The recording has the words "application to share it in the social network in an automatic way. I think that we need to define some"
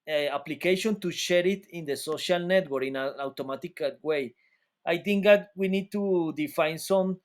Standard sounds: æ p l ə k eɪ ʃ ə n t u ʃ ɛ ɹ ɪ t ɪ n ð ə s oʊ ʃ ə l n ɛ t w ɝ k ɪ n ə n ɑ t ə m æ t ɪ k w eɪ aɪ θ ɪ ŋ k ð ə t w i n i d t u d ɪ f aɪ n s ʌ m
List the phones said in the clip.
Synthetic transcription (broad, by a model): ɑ p l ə k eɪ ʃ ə n t u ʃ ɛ ɹ ɪ t ɪ n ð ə s oʊ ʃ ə l n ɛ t w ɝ ɪ n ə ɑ t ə m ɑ t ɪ k w eɪ aɪ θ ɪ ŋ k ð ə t w i n i d t u d ɪ f aɪ n s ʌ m